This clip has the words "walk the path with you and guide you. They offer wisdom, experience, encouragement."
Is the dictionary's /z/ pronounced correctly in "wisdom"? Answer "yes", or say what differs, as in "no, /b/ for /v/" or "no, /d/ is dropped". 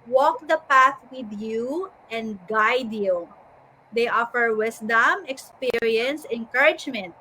no, /s/ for /z/